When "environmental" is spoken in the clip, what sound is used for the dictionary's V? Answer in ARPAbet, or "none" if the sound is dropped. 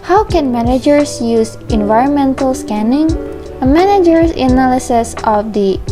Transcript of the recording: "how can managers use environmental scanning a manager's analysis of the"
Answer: V